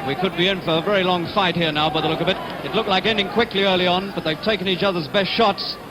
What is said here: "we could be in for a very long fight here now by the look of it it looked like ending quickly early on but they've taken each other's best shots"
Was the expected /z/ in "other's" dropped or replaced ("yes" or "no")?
no